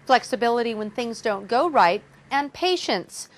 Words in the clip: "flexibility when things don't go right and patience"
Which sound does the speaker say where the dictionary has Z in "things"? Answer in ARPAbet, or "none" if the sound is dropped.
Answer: Z